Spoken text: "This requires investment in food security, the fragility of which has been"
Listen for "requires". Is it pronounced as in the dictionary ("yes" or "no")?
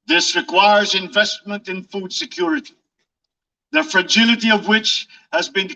yes